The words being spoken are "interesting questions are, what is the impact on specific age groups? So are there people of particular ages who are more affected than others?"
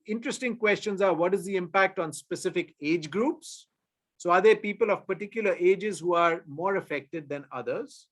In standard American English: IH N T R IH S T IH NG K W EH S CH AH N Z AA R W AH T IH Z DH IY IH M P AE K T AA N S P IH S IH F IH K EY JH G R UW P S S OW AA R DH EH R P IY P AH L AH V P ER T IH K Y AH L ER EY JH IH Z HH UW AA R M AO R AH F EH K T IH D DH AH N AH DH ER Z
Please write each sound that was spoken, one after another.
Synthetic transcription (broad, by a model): IH N T R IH S T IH NG K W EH S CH AH N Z AA R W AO T IH Z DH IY IH M P AE K T AA N S P IH S IH F IH K EY JH G R UW P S S OW AA R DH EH R P IY P AH L AH V P ER T IH K Y AH L ER EY JH IH Z HH UW AA R M AO R AH F EH K T IH D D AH N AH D ER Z